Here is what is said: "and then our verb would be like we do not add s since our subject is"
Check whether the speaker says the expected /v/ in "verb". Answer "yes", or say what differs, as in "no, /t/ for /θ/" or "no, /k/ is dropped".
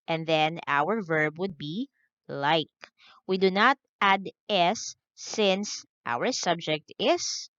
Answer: yes